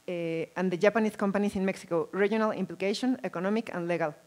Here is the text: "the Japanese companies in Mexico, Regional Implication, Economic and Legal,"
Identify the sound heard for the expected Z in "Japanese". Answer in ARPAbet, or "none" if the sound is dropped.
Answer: S